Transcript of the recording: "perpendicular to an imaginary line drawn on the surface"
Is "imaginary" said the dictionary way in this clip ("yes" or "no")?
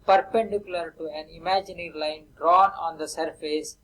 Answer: yes